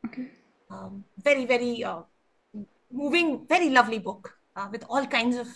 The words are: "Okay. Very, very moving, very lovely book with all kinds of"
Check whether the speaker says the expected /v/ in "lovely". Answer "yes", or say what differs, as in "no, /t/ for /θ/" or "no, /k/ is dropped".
yes